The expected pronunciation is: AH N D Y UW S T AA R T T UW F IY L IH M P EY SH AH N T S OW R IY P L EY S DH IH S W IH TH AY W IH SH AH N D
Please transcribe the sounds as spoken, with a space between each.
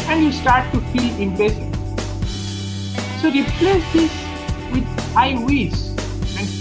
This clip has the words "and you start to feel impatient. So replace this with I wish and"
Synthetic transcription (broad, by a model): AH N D Y UW S T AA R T T UW F IY L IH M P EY S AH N S OW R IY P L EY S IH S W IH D AY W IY S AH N